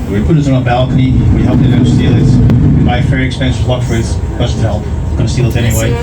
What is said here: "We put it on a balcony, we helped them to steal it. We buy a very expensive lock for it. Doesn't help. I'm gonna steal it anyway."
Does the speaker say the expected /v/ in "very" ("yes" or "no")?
no